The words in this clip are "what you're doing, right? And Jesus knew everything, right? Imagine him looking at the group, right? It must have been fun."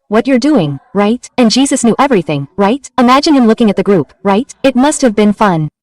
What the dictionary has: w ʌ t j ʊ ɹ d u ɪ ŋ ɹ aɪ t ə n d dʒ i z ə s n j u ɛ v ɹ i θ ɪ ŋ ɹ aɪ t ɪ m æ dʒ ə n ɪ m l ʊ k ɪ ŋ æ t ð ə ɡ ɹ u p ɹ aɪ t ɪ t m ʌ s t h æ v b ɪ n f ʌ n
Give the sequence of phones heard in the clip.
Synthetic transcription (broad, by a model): w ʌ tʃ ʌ ɹ d u ɪ ŋ ɹ aɪ t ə n dʒ i z ə s n j u ɛ v ɹ i θ ɪ ŋ ɹ aɪ t ɪ m æ dʒ ə n ɪ m l ʊ k ɪ ŋ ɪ t ð ə ɡ ɹ u p ɹ aɪ t ɪ t m ʌ s t h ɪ v b ɪ n f ʌ n